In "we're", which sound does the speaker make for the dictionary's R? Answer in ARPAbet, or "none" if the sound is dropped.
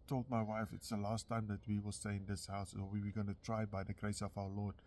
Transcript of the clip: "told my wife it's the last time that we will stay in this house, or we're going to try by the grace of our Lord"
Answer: W